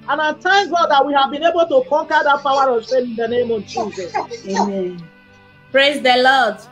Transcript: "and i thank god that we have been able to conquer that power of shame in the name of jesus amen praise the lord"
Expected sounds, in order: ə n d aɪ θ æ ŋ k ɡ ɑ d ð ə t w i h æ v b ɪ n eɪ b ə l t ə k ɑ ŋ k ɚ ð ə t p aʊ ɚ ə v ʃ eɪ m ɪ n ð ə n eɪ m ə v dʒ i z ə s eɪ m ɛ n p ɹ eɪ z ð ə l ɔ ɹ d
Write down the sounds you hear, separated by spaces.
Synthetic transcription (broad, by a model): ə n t aɪ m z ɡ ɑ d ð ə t w i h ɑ v b ɪ n eɪ b ə l t ə k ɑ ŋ k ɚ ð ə t p aʊ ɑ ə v s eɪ ɪ n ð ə n eɪ m ə v dʒ i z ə s eɪ m ɛ n p ɹ eɪ z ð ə l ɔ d